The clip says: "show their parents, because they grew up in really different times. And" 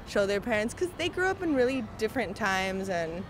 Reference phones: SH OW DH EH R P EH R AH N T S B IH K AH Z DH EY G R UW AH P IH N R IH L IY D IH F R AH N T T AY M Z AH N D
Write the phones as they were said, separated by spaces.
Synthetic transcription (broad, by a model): SH OW DH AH R P EH R AH N T S K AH Z DH EY G R UW AH P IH N R IH L IY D IH F R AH N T T AY M Z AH N